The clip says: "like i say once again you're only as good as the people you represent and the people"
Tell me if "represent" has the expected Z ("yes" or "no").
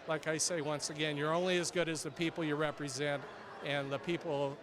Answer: yes